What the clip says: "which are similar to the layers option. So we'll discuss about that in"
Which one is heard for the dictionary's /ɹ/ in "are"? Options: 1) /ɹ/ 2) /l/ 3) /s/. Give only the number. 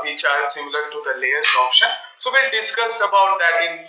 2